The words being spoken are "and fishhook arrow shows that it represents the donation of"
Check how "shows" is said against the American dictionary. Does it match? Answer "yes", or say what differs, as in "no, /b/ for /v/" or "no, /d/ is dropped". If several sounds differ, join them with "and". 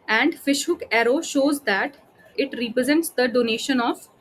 yes